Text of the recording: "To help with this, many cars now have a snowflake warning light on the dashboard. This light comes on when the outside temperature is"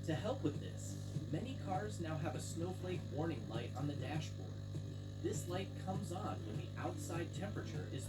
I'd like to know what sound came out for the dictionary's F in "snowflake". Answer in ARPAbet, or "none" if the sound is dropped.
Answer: F